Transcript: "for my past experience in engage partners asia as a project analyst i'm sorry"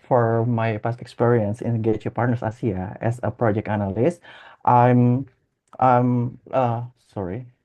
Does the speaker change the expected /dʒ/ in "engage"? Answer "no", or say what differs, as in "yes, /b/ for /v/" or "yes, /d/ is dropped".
yes, /tʃ/ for /dʒ/